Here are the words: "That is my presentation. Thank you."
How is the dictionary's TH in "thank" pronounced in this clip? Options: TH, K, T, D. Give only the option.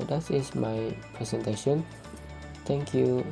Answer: T